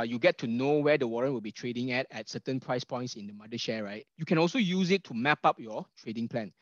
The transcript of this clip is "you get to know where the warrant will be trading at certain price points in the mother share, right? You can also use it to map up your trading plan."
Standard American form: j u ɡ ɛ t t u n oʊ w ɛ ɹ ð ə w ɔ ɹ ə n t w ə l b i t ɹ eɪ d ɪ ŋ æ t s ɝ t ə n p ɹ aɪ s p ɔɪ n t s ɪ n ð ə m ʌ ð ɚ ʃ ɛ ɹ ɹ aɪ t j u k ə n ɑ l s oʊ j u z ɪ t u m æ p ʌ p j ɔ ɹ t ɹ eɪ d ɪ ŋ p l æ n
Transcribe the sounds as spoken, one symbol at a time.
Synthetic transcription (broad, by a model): j u ɡ ɛ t t u n oʊ w ɛ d ə w ɔ ɹ ə n t w ə l b i t ɹ eɪ d ɪ ŋ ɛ t s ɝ t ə n p ɹ aɪ s p ɔɪ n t s ɪ n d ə m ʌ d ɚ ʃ ɛ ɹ ɹ aɪ t j u k ə n ɑ l s oʊ j u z ɪ t u m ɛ p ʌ p j ɔ t ɹ eɪ d ɪ ŋ p l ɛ n